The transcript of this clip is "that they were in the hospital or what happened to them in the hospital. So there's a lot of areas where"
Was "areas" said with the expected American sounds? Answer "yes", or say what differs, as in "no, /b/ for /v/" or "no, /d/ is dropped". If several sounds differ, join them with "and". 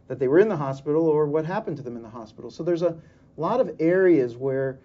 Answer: yes